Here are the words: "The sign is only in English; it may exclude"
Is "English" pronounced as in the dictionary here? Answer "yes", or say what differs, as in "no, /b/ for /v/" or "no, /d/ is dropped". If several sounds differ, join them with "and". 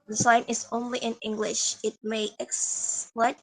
yes